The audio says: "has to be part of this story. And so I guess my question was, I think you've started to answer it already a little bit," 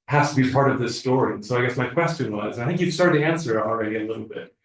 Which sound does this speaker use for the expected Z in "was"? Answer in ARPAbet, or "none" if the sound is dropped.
Z